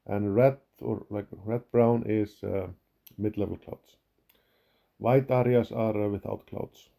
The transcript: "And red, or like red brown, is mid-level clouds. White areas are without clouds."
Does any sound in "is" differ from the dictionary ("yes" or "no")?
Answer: yes